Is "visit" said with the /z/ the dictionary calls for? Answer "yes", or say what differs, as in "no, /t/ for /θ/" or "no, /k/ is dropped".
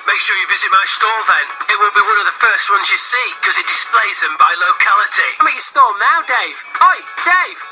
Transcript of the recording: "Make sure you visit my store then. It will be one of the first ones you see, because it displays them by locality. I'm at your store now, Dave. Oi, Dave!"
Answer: yes